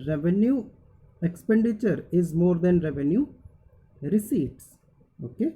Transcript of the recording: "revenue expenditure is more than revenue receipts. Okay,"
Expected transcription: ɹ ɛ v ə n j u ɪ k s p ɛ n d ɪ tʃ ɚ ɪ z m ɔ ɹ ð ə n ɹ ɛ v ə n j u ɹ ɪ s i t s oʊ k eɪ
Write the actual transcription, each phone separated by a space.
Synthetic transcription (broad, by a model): ɹ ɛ v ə n j u ɪ k s p ɛ n d ɪ tʃ ɚ ɪ z m ɔ ɹ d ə n ɹ ɛ v ə n j u ɹ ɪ s i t s oʊ k eɪ